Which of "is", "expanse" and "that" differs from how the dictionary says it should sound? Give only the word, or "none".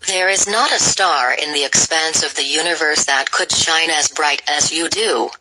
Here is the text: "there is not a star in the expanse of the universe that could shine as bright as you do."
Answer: none